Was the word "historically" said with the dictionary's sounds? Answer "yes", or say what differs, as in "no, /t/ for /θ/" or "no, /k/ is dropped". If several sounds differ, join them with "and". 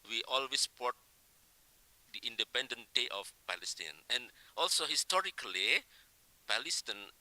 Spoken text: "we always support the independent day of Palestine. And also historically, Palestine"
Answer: yes